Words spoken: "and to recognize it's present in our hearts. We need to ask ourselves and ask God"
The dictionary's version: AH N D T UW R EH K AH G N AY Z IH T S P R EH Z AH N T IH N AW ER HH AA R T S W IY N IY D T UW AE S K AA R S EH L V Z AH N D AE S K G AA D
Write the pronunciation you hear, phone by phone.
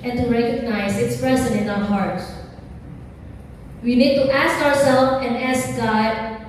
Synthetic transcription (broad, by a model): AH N T UW R EH K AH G N AY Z IH T S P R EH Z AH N IH N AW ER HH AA R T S W IY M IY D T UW AE S K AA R S EH L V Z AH N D AE S K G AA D